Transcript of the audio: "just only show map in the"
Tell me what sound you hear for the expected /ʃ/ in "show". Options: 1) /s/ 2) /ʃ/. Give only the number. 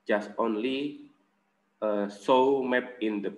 1